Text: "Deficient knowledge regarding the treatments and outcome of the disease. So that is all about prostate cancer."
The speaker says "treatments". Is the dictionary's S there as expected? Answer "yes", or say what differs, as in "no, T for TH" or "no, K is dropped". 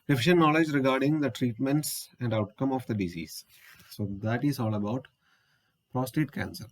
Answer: yes